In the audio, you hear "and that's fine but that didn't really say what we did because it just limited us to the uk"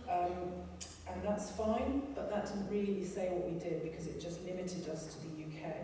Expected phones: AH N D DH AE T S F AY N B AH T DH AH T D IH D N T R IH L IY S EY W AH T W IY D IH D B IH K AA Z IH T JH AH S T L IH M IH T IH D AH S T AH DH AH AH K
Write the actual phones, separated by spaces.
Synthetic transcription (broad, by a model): AH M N DH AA T S F AY N B AH T DH AH T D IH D N T R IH L IY S EY W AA T W IY D IH D B IH K AA Z IH T JH AH S T L IH M IH T IH D AH S T AH DH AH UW K